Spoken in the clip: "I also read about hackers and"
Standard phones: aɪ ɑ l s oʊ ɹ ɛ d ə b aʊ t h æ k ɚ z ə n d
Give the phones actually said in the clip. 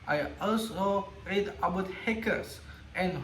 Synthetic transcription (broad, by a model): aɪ ɑ l s oʊ ɹ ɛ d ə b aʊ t h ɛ k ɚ s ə n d